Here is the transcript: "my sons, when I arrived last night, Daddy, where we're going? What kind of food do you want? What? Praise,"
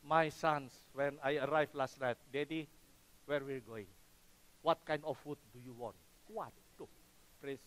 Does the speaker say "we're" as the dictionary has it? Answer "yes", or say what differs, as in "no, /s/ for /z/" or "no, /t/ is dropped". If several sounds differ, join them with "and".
no, /l/ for /ɹ/